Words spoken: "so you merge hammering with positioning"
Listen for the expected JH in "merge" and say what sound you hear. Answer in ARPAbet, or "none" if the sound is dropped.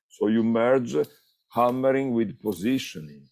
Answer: JH